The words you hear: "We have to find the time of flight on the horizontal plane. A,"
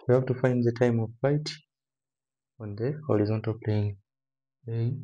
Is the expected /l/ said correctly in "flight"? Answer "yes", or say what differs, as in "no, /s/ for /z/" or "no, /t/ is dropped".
no, /l/ is dropped